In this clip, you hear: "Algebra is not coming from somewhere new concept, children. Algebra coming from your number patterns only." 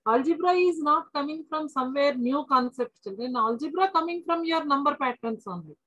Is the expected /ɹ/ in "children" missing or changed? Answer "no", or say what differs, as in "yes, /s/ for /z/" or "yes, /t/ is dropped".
yes, /ɹ/ is dropped